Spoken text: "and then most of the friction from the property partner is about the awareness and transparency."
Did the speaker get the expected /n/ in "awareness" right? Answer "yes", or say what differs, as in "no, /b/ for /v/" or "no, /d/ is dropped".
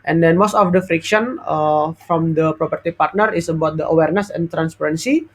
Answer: yes